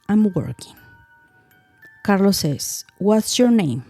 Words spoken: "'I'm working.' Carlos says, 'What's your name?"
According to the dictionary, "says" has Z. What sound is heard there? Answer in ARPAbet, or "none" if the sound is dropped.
S